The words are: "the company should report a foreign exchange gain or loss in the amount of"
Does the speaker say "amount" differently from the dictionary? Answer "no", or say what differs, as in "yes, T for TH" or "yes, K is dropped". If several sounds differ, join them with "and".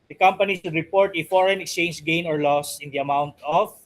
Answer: no